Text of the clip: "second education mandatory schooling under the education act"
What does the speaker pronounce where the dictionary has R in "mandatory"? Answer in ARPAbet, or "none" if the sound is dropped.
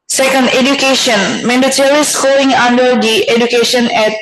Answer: L